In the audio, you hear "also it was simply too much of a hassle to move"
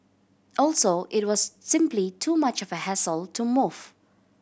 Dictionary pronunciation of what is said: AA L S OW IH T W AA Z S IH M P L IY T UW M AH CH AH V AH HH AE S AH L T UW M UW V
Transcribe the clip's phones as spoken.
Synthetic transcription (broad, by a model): AA L S OW IH T W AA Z S IH M P L IY T UW M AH CH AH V AH HH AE S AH L T UW M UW F